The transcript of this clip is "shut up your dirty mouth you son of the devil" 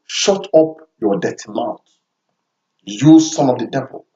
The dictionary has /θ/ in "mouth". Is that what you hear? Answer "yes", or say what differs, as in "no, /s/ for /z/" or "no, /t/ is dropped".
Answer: no, /t/ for /θ/